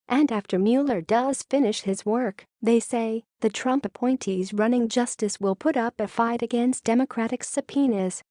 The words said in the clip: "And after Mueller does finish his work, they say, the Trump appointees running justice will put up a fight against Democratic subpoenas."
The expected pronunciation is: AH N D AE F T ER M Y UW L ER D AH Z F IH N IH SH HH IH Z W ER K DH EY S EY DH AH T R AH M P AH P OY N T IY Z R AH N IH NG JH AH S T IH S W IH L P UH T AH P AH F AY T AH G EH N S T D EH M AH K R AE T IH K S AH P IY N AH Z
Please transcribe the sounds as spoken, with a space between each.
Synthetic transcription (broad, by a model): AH N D AE F T ER M Y UW L ER D AH Z F IH N IH SH HH IH Z W ER K DH EY S EY DH AH T R AH M P AH P OY N T IY Z R AH N IH NG JH AH S T IH S W IH L P UH T AH P AH F AY T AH G EH N S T D EH M AH K R AE T IH K S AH P IY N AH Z